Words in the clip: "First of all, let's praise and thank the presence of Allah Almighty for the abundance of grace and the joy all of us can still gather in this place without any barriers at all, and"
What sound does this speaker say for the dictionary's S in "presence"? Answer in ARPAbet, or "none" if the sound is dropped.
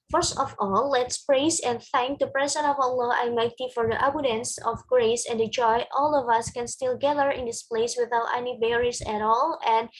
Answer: none